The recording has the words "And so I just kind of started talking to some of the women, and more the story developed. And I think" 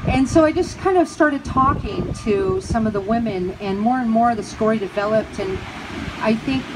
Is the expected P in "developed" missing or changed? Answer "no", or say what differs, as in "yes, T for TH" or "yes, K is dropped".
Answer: no